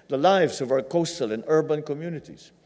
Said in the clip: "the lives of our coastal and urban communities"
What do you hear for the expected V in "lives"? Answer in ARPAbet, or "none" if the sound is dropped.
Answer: V